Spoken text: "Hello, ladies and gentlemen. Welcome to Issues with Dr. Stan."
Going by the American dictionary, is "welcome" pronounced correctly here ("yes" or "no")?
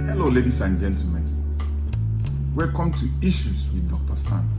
no